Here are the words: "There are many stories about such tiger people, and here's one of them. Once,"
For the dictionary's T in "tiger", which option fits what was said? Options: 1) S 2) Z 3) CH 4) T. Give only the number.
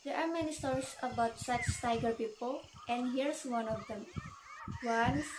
4